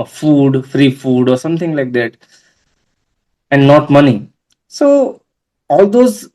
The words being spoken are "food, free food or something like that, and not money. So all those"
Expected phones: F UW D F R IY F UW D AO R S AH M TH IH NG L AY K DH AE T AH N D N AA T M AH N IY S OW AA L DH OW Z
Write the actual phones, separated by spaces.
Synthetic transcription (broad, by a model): F UW D F R IY F UW D AO R S AH M T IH NG L AY K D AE T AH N D N AA T M AH N IY S OW AA L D OW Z